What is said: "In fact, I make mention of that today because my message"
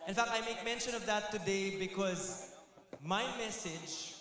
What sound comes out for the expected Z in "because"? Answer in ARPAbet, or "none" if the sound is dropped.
Z